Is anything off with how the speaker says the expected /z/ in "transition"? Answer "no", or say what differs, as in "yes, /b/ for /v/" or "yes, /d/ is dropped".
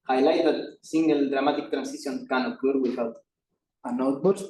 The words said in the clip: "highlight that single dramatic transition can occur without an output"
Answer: yes, /s/ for /z/